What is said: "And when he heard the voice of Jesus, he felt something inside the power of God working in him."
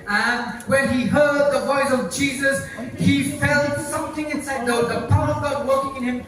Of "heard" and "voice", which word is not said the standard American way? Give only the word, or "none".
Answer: none